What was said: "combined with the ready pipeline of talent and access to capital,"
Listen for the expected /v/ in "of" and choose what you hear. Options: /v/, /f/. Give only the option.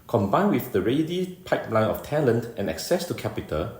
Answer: /f/